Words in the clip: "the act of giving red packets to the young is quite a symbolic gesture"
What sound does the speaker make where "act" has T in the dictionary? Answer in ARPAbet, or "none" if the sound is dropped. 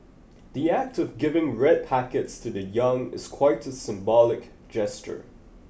T